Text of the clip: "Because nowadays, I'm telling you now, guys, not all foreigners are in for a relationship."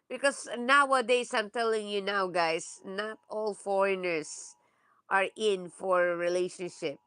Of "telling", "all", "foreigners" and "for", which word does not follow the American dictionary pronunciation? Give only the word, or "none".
foreigners